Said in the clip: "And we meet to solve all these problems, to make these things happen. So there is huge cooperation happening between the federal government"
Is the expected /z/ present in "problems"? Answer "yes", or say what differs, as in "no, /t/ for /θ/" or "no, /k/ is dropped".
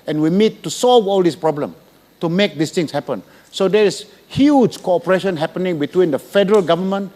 no, /z/ is dropped